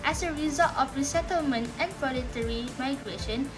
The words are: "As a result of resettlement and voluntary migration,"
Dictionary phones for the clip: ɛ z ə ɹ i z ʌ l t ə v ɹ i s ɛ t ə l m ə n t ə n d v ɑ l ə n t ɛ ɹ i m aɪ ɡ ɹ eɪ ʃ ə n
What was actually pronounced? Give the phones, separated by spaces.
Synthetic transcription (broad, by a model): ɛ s ə ɹ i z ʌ l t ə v ɹ i s ɛ t ə l m ə n t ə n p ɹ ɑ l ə t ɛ ɹ i m aɪ ɡ ɹ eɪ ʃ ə n